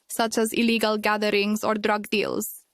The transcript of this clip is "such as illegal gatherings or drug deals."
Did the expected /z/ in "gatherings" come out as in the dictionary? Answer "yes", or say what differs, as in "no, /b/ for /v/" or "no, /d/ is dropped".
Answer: no, /s/ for /z/